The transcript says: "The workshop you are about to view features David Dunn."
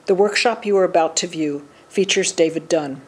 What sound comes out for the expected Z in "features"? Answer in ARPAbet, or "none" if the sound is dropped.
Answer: Z